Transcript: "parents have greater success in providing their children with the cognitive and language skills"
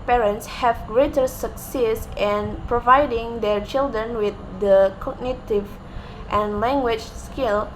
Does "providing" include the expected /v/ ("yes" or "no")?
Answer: yes